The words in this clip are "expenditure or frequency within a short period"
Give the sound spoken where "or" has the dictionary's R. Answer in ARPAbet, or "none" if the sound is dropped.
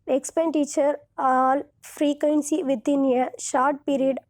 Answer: L